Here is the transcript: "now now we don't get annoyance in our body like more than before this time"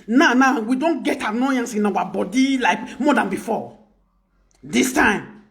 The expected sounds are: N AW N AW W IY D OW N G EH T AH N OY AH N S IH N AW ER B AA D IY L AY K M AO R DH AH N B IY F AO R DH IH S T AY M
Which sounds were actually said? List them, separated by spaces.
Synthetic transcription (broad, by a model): N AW N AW W IY D OW N G EH T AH N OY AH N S IH N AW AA B AA D IY L AY K M AO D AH N B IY F AO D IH S T AY M